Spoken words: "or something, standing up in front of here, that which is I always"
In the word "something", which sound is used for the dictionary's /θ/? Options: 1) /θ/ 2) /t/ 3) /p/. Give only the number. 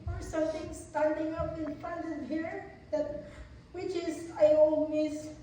2